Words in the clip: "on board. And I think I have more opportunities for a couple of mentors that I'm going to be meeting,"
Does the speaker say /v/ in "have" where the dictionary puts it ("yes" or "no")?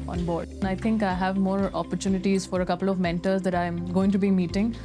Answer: yes